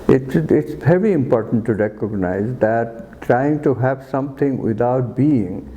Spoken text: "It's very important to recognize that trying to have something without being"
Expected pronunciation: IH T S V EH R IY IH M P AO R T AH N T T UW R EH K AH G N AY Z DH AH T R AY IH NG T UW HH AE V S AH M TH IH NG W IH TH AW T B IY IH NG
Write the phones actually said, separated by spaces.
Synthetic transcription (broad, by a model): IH T S V EH R IY IH M P AO R T AH N T T UW R EH K AH G N AY Z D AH T R AY IH NG T UW HH AE V S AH M T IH NG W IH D AW T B IY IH NG